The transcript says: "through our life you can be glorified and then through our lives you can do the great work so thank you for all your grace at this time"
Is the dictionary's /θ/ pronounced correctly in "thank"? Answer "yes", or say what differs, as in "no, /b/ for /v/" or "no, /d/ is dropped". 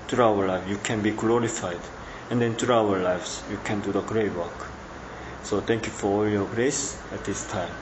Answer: no, /t/ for /θ/